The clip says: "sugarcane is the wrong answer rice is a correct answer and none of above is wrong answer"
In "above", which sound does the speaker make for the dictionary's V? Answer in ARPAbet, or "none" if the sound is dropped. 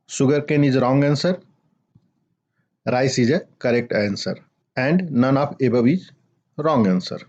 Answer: B